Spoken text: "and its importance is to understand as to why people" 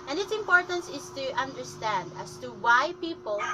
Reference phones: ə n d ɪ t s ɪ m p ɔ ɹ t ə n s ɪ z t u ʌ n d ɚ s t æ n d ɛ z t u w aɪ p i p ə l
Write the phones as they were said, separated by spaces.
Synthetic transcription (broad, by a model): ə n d ɪ t s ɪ m p ɔ ɹ t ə n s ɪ s t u ʌ n d ɚ s t æ n d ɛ s t u w aɪ p i p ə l